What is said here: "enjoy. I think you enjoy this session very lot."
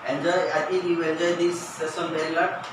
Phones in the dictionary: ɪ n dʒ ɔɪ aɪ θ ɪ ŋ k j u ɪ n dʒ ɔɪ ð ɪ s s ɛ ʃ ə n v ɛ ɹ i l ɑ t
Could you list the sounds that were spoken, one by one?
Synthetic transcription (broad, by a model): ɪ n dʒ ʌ aɪ t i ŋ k j u ɪ n dʒ ɔɪ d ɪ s s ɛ s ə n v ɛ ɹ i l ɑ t